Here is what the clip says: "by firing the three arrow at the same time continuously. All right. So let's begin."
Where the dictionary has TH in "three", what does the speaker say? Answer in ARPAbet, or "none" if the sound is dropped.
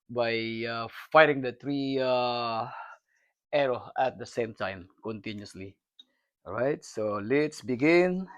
T